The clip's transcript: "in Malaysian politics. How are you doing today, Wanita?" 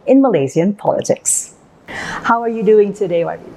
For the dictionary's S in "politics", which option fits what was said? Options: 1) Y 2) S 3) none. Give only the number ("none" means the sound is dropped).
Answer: 2